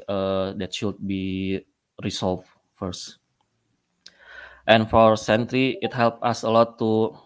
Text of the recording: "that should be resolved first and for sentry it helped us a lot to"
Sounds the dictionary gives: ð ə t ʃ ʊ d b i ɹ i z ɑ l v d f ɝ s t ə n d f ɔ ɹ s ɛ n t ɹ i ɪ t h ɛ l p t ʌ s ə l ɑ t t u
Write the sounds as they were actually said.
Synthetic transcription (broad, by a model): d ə t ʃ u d b i ɹ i s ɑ l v f ɝ s t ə n f ɔ ɹ s ɛ n t ɹ i ɪ t h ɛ l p ɑ s ə l ɑ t t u